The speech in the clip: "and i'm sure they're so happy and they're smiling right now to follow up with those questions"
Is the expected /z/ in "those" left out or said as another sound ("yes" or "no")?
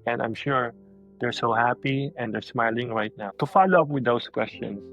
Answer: yes